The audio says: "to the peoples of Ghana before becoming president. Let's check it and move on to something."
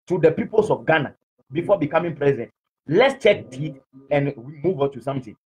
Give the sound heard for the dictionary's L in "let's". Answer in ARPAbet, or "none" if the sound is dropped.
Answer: L